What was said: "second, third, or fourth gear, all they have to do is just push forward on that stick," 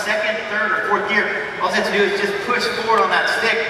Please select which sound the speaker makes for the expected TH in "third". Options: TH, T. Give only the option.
TH